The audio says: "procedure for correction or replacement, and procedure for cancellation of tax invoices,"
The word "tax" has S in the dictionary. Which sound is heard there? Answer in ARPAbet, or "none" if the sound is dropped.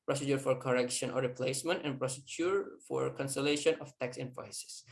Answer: S